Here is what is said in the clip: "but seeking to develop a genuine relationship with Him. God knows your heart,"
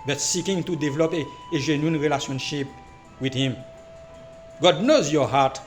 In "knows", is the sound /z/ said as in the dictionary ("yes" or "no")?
yes